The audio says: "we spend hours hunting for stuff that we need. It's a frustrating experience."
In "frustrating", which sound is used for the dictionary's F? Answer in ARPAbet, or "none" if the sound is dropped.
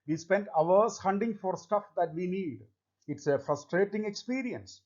F